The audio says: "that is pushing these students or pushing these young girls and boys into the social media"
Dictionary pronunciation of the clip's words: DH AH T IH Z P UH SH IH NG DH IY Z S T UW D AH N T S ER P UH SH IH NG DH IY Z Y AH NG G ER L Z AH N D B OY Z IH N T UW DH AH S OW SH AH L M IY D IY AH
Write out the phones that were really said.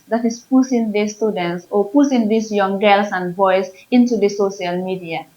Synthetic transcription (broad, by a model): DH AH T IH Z P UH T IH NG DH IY S T UW D AH N T S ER P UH S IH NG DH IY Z Y AH NG G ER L S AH N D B OY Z IH N T UW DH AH S OW SH AH L M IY D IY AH